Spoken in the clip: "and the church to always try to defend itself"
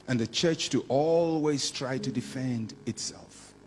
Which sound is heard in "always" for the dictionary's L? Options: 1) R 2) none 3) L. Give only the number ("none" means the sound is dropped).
3